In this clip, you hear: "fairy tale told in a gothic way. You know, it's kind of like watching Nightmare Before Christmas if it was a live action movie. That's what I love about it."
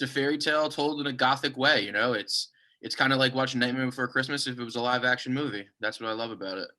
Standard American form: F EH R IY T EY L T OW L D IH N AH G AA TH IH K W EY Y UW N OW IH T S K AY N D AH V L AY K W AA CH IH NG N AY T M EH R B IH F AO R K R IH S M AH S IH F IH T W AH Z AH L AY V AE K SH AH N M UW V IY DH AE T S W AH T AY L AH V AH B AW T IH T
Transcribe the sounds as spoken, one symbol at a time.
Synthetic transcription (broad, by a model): F EH R IY T EY L T OW L D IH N AH G AA TH IH K W EY Y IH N OW IH T S K AY N D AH L AY K W AA CH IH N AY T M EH B IH F AO R K R IH S M AH S IH F IH T W AH Z AH L AY V AE K SH AH N M UW V IY DH AE T S W AH T AY L AH V AH B AW T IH T